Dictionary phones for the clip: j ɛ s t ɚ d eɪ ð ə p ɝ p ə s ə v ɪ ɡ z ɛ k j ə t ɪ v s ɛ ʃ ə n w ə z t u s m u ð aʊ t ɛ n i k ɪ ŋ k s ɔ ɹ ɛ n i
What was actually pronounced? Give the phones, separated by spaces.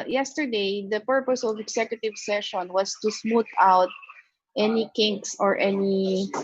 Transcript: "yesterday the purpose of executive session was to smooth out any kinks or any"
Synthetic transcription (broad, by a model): j ɛ s t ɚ d eɪ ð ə p ɝ p ə s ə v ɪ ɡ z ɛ k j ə t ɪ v s ɛ ʃ ə n w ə s t u s m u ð aʊ t ɛ n i k ɪ ŋ k s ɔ ɹ ɛ n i